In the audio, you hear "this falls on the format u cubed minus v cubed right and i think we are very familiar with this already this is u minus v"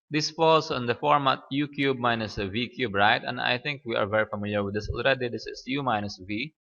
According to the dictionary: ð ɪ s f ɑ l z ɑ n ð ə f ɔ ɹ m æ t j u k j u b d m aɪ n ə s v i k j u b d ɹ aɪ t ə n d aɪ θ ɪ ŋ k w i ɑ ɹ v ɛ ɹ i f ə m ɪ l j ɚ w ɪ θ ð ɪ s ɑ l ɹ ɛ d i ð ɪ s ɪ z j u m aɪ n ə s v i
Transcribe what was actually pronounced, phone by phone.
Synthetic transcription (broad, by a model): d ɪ s f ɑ l s ɑ n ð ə f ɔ ɹ m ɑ t j u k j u b m aɪ n ə s v i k j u b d ɹ aɪ t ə n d aɪ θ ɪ ŋ k w i ɑ ɹ v ɛ ɹ i f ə m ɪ l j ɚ w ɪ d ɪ s ɑ l ɹ ɛ d i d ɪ s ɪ s j u m aɪ n ə s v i